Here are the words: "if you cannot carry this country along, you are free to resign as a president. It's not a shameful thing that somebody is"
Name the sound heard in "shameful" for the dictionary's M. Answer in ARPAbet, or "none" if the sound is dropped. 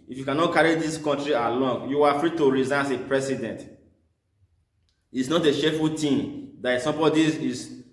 none